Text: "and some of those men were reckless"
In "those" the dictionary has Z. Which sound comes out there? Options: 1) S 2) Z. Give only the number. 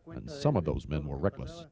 2